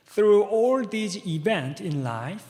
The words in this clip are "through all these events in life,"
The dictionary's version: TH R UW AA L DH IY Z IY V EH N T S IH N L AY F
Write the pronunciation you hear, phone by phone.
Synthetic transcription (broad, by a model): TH R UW AA L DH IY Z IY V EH N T IH N L AY F